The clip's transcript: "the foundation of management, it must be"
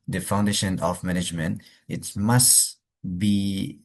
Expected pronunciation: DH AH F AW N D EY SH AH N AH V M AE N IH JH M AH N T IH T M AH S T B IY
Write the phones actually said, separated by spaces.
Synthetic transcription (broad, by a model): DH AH F AW N D EY SH AH N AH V M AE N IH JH M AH N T IH T M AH S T B IY